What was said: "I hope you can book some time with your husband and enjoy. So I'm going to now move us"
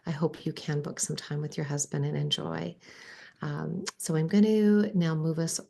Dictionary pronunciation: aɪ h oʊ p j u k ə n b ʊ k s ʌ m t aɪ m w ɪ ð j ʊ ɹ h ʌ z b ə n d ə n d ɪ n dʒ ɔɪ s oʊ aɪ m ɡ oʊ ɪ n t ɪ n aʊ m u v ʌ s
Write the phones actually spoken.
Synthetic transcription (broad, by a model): aɪ h oʊ p j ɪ k ə n b ʊ k s ʌ m t aɪ m w ɪ ð j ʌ ɹ h ʌ z b ə n d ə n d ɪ n dʒ ɔɪ s oʊ aɪ m ɡ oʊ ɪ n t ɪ n aʊ m u v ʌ s